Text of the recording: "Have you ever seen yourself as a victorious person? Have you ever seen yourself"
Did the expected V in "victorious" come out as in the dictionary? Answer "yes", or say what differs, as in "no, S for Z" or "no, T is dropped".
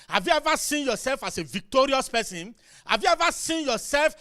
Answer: yes